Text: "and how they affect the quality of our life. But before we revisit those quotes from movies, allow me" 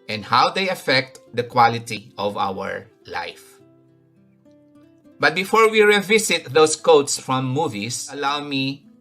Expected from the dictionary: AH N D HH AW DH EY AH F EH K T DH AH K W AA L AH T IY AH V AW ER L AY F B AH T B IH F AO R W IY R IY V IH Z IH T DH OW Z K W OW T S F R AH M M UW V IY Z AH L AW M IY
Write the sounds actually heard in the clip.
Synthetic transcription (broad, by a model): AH N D HH AW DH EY AH F EH K T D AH K W AA L AH T IY AH V AW ER L AY F B AH T B IH F AO R W IY R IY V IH S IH T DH OW S K OW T S F R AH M M UW V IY S AH L AW M IY